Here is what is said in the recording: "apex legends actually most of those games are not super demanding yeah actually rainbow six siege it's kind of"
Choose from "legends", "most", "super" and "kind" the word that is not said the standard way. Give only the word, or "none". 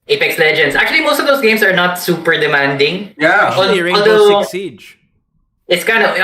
legends